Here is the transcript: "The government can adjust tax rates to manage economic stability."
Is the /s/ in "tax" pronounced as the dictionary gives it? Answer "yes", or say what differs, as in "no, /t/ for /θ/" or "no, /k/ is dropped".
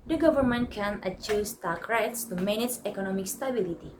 no, /s/ is dropped